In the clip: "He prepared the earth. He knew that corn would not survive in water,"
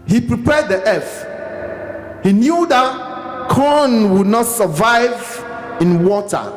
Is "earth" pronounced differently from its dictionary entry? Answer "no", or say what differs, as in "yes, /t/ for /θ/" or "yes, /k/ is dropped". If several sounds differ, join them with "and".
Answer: yes, /f/ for /θ/